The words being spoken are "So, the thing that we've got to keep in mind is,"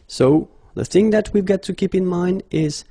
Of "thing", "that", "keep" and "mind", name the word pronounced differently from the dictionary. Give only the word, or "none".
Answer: none